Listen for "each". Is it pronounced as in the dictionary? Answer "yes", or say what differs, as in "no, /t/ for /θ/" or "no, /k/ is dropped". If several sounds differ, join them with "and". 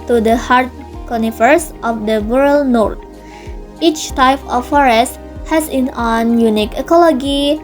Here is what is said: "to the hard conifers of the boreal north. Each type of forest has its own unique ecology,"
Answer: yes